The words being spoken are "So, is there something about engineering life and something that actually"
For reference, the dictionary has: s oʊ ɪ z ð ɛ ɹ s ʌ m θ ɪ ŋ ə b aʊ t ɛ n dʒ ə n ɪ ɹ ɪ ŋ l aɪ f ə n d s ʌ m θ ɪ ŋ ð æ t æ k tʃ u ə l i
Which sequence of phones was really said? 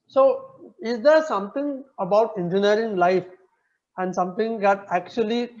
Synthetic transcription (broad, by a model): s oʊ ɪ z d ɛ ɹ s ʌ m t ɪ ŋ ə b aʊ t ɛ n dʒ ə n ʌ ɹ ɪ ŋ l aɪ f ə n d s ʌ m t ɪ ŋ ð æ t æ k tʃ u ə l i